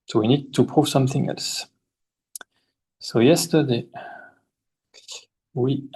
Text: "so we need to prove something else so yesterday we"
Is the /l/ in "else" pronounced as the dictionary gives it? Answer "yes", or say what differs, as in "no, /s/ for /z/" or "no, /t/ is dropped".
yes